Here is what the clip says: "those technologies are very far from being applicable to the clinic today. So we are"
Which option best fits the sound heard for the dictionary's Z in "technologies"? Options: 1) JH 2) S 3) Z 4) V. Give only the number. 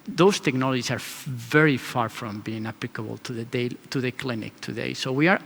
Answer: 2